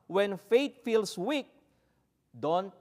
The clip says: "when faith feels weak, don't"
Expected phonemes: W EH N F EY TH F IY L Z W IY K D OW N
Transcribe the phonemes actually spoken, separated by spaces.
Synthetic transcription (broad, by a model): W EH N F EY T F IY L S W IY K D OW N